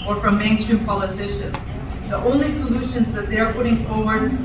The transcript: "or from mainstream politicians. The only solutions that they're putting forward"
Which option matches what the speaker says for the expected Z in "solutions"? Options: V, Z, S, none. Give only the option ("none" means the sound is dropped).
Z